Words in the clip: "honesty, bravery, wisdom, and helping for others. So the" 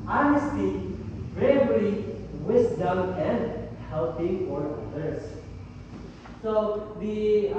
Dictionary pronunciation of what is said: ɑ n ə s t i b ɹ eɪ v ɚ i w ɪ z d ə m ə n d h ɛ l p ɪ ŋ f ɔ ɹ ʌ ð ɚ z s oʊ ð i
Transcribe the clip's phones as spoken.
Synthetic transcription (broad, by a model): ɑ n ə s t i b ɹ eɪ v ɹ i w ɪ s d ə m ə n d h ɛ l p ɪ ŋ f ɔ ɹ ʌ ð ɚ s s oʊ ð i